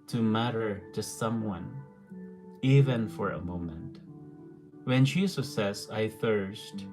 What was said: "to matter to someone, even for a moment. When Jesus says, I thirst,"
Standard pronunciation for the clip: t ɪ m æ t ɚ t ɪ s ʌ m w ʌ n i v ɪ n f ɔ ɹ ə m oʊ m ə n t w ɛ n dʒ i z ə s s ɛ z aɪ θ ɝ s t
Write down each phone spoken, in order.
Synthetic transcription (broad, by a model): t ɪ m æ t ɚ t ɪ s ʌ m w ʌ n i v ɪ n f ɔ ɹ ə m oʊ m ə n t w ɛ n ʃ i s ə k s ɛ s aɪ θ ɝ s t